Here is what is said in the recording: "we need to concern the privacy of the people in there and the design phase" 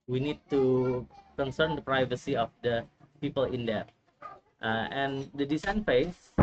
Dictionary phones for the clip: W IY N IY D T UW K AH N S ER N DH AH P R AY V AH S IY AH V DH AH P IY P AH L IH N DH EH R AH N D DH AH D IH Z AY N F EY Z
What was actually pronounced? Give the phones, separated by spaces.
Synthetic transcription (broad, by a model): W IY N IY D T UW K AH N S ER N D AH P R AY V AH S IY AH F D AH P IY P AH L IH N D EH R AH N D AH D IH S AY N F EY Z